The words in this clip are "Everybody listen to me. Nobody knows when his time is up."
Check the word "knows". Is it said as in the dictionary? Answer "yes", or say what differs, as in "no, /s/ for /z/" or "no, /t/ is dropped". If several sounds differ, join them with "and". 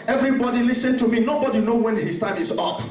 no, /z/ is dropped